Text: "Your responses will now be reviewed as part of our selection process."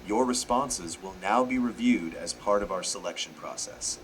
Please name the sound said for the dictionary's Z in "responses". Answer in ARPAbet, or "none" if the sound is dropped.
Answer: Z